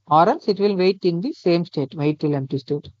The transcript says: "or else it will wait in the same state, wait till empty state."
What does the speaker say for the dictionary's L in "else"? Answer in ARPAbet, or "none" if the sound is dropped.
N